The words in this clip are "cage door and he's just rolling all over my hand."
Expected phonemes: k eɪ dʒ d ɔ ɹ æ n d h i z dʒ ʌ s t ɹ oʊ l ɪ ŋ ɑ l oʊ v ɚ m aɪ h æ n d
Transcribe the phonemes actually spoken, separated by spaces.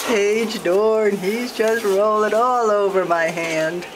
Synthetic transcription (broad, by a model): eɪ dʒ d ɔ ɹ n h i z dʒ ʌ s t ɹ oʊ l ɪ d ɑ l oʊ v ɚ m aɪ h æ n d